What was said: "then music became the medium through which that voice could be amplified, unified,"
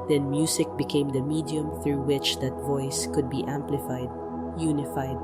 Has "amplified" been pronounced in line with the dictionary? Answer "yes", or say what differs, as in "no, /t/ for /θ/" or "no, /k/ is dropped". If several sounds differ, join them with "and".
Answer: yes